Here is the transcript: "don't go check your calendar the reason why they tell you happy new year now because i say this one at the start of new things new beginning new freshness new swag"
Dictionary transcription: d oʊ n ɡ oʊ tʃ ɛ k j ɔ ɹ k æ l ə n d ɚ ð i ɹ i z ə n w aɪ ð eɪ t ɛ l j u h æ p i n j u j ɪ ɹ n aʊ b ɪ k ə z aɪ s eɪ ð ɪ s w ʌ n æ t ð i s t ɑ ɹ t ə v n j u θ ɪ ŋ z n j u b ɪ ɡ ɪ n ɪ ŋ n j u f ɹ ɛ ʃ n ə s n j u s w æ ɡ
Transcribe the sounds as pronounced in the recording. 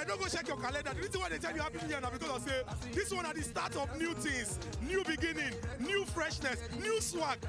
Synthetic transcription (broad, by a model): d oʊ ɡ oʊ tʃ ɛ k j ɔ k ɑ l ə n d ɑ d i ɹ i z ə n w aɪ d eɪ t ɛ l j u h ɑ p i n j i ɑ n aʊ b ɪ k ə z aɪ s eɪ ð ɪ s w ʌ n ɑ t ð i s t ɑ t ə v n j u t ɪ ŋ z n j u b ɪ ɡ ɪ n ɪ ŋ n j u f ɹ ɛ ʃ n ə s n j u s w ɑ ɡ